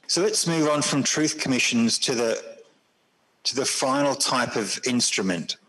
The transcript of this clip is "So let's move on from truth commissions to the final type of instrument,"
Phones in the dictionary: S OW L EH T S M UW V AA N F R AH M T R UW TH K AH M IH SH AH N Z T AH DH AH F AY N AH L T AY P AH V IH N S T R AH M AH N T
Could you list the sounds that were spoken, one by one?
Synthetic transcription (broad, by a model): S OW L EH T S M UW V N F R AH M T R UW TH K AH M IH SH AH N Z T AH DH AH F AY N AH L T AY P AH V IH N S T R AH M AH N T